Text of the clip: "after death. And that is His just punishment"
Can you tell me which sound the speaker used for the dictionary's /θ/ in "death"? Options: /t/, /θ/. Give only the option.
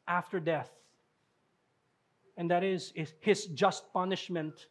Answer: /θ/